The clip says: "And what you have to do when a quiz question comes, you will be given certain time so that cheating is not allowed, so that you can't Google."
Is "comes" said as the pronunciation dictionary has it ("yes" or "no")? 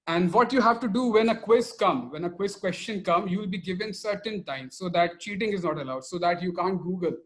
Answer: no